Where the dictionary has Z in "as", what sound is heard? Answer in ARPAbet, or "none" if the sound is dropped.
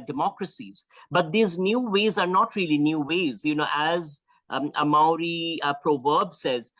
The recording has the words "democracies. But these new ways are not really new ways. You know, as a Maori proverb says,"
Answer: Z